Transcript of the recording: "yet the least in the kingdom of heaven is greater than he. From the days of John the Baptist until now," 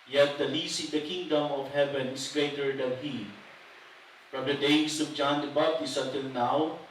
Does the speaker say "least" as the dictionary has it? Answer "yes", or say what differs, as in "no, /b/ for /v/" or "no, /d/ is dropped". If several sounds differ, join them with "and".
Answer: no, /t/ is dropped